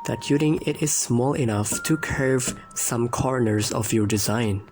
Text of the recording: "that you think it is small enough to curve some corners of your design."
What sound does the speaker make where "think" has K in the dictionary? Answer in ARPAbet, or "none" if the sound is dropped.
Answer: none